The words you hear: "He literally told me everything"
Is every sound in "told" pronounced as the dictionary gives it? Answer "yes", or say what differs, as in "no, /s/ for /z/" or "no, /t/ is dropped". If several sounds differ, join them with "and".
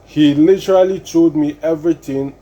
no, /l/ is dropped